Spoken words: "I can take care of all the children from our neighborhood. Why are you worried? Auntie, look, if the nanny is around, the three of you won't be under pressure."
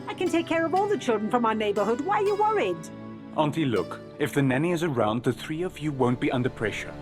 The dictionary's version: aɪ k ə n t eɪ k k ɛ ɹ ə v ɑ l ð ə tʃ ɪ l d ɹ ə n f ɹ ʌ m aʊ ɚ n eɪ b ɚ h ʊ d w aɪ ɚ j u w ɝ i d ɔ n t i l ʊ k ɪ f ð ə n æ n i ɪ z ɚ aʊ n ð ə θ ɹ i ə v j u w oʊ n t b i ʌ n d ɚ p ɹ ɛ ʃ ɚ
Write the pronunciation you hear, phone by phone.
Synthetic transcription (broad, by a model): aɪ k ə n t eɪ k k ɛ ɹ ə v ɑ l ð ə tʃ ɪ l d ɹ ə n f ɹ ʌ m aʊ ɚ n eɪ b ɚ h ʊ d w aɪ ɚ j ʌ w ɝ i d ɔ n t i l ʊ k ɪ f ð ə n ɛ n i ɪ z ɚ aʊ n ð ə θ ɹ i ə v j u w oʊ n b i ʌ n d ɚ p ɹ ɛ ʃ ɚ